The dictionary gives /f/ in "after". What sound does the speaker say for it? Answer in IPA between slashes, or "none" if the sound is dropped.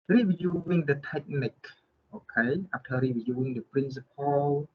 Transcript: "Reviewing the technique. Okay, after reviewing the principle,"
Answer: /p/